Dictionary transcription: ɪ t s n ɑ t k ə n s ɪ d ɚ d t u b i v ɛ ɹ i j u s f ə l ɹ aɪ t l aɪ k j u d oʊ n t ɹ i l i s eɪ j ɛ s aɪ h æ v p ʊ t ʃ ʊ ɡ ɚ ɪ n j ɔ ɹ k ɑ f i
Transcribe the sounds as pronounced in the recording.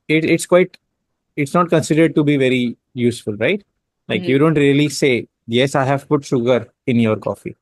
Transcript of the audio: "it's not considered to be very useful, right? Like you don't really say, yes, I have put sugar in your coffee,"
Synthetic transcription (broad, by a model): ɪ t s n ɑ t k ə n s ɪ d ɚ d t u b i v ɛ ɹ i j u s f ə l ɹ aɪ t l aɪ k j u d oʊ n t ɹ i l i s eɪ j ɛ s aɪ h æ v p ʊ t ʃ ʊ ɡ ɚ ɪ n j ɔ ɹ k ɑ f i